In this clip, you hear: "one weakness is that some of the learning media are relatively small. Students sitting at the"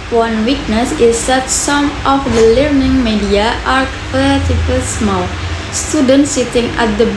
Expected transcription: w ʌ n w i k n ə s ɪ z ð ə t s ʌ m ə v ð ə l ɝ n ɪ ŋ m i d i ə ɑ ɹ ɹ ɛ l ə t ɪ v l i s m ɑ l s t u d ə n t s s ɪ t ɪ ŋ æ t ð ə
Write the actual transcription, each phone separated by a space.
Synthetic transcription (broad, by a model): w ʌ n w i k n ə s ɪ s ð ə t s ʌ m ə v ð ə l ɝ n ɪ ŋ m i d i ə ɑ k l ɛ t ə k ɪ l s m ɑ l s t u d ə n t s s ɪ t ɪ ŋ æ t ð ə